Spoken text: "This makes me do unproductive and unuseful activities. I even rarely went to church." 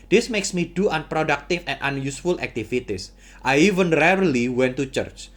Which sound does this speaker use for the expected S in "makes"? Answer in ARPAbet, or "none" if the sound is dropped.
S